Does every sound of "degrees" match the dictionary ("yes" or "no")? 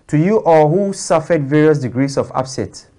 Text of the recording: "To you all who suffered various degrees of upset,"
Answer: no